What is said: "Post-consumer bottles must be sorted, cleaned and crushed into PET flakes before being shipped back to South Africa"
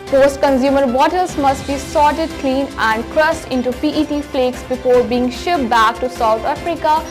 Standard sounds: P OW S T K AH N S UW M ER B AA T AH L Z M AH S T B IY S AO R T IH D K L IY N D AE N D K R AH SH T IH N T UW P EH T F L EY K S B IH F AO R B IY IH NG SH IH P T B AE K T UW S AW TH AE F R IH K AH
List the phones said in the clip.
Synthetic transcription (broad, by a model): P OW S T K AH N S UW M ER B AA T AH L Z M AH S T B IY S AO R T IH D K L IY N AE N D K R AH S T IH N T UW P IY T F L EY K S B IH F AO R B IY IH NG SH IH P B AE K T UW S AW T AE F R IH K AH